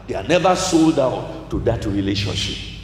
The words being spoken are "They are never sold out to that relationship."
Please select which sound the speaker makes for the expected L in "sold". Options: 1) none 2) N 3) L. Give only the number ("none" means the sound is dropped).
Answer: 3